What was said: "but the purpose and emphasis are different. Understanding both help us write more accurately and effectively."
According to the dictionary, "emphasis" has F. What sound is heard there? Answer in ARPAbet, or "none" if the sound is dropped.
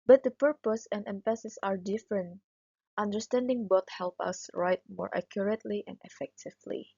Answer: P